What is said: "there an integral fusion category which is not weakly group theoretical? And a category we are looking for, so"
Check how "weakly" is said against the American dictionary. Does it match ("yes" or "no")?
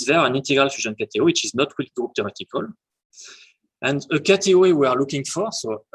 no